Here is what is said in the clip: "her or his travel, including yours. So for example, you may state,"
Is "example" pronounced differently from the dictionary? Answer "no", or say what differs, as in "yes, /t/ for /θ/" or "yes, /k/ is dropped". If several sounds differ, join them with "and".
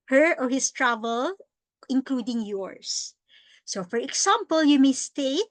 yes, /s/ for /z/